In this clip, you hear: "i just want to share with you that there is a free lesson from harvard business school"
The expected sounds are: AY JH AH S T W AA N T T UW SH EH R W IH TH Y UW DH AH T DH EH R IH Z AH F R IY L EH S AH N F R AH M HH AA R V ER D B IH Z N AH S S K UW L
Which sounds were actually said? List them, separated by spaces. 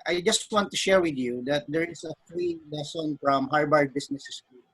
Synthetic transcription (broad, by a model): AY JH AH S T W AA N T T UW SH EH R W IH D Y UW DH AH T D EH R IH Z AH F R IY L EH S AH N F R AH M HH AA R B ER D B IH S N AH S S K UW